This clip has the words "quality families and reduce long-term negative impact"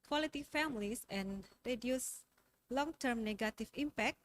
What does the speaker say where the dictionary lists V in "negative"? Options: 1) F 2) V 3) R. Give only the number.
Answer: 1